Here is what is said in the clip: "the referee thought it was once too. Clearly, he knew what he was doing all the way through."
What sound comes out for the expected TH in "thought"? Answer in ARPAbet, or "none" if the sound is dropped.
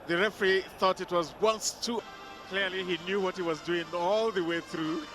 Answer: TH